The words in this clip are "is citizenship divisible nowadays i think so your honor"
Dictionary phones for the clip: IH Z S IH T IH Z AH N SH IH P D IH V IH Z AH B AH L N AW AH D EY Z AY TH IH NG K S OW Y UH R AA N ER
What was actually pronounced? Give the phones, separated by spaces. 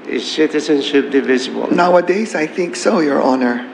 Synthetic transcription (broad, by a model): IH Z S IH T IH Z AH N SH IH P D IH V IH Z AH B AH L N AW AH D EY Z AY TH IH NG K S OW Y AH R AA N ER